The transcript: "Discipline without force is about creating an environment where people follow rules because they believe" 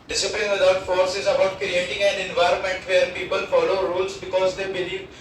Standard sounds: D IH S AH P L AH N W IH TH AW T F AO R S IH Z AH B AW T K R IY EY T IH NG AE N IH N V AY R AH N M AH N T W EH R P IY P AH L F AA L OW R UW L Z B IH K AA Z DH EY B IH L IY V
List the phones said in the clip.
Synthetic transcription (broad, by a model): D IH S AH P L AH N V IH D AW T F AO R S IH Z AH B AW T K R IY EY T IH NG AE N IH N V AY R AH N M AH N T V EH R P IY P AH L F AA L OW R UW L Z B IH K AA Z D EY B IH L IY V